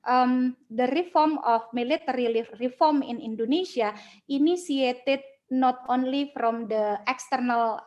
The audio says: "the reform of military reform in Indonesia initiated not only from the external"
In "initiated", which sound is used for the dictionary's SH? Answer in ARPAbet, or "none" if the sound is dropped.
S